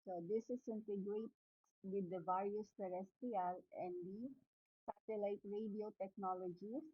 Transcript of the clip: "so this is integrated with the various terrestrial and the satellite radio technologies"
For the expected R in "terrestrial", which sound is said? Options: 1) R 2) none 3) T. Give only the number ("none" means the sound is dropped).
2